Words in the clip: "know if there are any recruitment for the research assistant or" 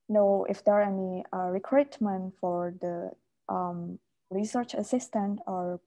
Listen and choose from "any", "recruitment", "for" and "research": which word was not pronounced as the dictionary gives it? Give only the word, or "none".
none